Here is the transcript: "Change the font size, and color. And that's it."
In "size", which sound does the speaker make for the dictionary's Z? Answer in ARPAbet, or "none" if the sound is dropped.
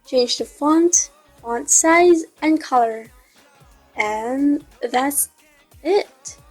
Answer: Z